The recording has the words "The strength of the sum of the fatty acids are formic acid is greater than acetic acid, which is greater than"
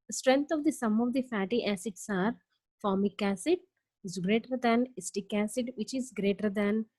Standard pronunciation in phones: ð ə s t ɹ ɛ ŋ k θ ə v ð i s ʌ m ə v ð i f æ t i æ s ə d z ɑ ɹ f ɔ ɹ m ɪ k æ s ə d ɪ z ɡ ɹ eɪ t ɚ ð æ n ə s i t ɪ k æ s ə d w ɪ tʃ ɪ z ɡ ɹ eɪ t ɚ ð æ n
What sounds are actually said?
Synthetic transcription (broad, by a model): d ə s t ɹ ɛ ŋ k t ə v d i s ʌ m ə v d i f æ t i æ s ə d s ɑ ɹ f ɔ ɹ m ɪ k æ s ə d ɪ z ɡ ɹ eɪ t ɚ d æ n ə s t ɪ k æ s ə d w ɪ tʃ ɪ z ɡ ɹ eɪ t ɚ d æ n